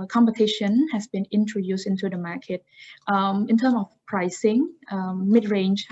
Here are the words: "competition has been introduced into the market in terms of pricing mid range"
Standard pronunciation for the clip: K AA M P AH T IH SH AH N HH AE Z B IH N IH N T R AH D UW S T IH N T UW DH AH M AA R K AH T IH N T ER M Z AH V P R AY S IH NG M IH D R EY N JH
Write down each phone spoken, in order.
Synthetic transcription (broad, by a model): K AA M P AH T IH SH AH N HH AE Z B IH N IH N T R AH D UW S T IH N T UW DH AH M AA K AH T IH N T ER M AH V P R AY S IH NG M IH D R EY N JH